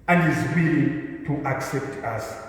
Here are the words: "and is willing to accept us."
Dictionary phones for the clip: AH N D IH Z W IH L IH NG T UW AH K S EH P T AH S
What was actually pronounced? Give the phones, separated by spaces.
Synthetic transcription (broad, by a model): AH N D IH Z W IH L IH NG T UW AH K S EH P T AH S